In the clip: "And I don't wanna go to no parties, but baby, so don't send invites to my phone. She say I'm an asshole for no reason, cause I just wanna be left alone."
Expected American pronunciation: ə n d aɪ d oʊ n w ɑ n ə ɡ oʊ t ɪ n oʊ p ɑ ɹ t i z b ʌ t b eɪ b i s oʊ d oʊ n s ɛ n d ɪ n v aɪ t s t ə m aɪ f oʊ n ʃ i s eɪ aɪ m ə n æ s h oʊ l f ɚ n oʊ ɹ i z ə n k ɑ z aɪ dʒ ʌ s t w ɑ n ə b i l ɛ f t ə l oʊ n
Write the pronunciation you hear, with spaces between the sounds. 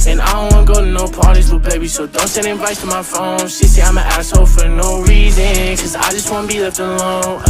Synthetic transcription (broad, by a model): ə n aɪ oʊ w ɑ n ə ɡ oʊ t ɪ n oʊ p ɑ ɹ t i z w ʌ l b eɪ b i s oʊ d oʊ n s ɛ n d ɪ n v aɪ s t ə m aɪ f oʊ n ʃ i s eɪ aɪ m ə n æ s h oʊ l f ɚ n oʊ ɹ i z ə n k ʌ z aɪ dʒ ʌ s t w ɑ n ə b i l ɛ t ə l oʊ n